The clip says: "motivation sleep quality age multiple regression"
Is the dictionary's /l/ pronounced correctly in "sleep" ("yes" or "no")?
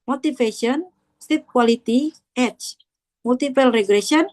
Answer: no